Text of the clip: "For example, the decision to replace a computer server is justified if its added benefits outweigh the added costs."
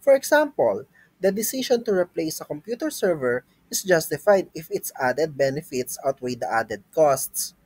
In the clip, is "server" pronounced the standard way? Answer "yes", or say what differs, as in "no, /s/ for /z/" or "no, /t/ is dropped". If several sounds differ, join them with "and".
yes